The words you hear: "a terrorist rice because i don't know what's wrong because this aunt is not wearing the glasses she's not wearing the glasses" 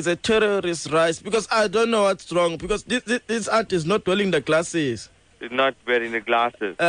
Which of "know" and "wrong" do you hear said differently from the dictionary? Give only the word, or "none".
none